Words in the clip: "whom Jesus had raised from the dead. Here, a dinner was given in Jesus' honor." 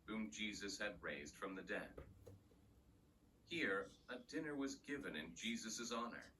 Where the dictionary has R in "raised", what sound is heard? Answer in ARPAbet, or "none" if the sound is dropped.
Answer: R